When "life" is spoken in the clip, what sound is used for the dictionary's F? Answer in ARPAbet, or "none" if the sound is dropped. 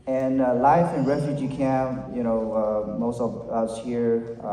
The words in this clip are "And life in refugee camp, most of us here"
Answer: F